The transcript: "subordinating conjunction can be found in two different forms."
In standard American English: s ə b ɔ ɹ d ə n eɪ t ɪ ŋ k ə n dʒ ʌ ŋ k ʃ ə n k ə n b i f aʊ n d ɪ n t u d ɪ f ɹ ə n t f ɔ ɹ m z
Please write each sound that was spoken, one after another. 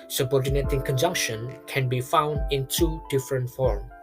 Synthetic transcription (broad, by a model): s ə b ɔ ɹ d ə n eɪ t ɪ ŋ k ə n dʒ ʌ ŋ k ʃ ə n k ə n b i f aʊ n d ɪ n t u d ɪ f ɹ ə n t f ɔ ɹ m